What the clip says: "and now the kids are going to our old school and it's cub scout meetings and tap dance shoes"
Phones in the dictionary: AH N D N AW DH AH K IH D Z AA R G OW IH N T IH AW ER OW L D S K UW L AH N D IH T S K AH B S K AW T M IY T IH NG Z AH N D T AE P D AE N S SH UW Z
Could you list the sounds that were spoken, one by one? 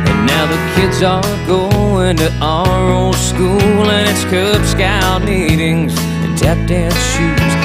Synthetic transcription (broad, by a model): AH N N AW DH AH K IH D Z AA L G OW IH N T IH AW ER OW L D S K UW L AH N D IH T S K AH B S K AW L M IY T IH NG Z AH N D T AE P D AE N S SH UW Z